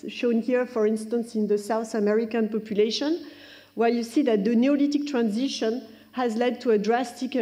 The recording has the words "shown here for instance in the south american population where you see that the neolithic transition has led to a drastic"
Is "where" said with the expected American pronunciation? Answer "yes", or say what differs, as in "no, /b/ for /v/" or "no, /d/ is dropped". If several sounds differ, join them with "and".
no, /l/ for /ɹ/